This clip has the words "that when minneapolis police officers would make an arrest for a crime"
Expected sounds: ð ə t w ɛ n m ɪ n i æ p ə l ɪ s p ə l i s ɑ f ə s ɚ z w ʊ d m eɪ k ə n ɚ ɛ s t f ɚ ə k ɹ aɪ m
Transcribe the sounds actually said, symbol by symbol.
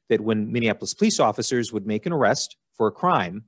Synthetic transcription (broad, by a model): ð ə t w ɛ n m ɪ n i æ p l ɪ s p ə l i s ɑ f ə s ɚ z w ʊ d m eɪ k ə n ɚ ɛ s t f ɚ ə k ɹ aɪ m